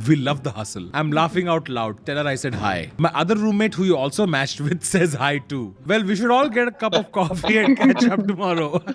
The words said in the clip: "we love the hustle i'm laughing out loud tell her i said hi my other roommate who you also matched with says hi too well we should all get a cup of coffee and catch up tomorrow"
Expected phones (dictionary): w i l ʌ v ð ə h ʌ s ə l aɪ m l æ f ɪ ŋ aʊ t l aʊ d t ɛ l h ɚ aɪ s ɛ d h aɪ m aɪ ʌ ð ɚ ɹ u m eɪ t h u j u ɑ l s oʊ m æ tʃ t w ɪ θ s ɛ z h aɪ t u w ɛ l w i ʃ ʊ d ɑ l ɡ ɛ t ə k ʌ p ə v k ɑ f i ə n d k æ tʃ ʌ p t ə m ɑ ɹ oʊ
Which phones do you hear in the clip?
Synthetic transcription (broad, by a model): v i l ʌ v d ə h ʌ s ə l aɪ m l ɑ f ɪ ŋ aʊ t l aʊ d t ɛ l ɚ aɪ s ɛ d h aɪ m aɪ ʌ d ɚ ɹ u m eɪ t h u j u ɑ l s oʊ m æ tʃ t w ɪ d s ɛ z h aɪ t u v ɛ l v i ʃ ʊ d ɑ l ɡ ɛ t ə k ʌ p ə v k ɑ f i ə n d k æ tʃ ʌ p t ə m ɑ ɹ oʊ